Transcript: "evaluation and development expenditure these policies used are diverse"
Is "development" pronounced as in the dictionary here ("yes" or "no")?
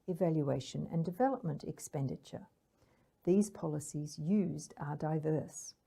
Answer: yes